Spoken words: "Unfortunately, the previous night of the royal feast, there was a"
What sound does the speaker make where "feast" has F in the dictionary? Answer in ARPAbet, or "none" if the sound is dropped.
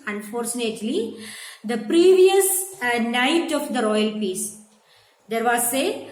P